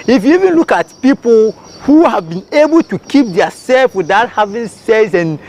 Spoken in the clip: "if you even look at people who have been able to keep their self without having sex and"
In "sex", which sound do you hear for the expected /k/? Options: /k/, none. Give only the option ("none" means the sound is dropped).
none